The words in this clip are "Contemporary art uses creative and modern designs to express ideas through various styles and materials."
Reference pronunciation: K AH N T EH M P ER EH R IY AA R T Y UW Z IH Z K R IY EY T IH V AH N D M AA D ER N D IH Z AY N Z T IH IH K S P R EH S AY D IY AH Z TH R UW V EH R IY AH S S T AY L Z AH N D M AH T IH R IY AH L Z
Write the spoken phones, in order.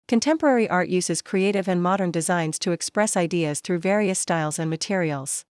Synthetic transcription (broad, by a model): K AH N T EH M P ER EH R IY AA R T Y UW Z IH Z K R IY EY T IH V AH N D M AA D ER N D IH Z AY N Z T IH IH K S P R EH S AY D IY AH Z TH R UW V EH R IY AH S S T AY L Z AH N M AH T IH R IY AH L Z